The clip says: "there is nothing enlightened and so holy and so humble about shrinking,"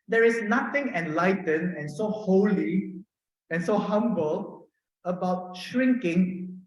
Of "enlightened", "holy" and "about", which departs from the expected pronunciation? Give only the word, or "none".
enlightened